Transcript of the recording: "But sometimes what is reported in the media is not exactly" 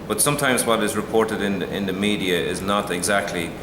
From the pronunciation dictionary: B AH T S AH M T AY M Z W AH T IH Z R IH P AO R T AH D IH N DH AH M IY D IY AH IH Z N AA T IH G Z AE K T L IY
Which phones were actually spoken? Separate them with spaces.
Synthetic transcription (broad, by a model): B AH T S AH M T AY M Z W AH T IH Z R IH P AO R T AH D IH N DH AH M IY D IY AH IH Z N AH T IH G Z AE K T L IY